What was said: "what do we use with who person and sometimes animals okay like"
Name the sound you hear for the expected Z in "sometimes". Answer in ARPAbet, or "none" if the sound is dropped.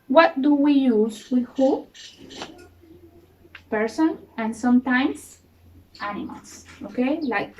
S